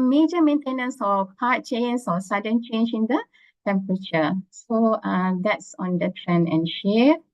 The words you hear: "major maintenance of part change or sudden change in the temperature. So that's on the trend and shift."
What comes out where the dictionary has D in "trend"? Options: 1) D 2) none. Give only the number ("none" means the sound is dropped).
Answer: 2